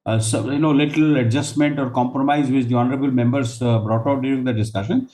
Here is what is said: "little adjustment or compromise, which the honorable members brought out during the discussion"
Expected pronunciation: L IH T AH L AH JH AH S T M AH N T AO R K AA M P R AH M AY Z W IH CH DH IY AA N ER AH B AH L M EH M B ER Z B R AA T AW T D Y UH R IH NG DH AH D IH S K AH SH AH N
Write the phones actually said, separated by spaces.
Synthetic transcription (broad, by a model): L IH T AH L AH JH AH S T M AH N T AO R K AA M P R AH M AY Z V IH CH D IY AA N ER AH B AH L M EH M B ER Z B R AA T AW T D Y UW R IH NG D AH D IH S K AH SH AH N